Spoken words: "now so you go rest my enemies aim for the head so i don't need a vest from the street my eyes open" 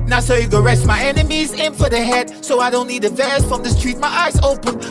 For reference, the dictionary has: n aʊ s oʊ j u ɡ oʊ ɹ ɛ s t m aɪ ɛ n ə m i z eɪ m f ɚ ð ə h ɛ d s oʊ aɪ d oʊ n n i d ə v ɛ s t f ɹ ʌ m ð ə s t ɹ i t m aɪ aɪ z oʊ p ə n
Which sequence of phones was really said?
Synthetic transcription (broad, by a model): n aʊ s oʊ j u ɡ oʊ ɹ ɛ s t m aɪ ɛ n ə m i z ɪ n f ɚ ð ə h ɛ d s oʊ aɪ d oʊ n n i d ə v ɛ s f ɹ ʌ m ð ə s t ɹ i t m aɪ aɪ z oʊ p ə n